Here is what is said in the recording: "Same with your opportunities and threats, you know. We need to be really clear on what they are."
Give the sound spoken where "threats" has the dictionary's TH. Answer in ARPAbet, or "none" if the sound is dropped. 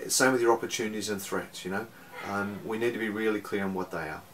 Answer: TH